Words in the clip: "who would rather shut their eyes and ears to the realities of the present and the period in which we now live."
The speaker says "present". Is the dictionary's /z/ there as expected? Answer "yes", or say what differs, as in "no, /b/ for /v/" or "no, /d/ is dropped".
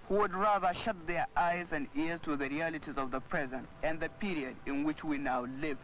yes